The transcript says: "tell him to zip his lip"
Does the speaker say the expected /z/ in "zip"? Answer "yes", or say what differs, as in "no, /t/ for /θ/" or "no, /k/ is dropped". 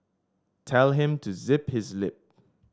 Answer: yes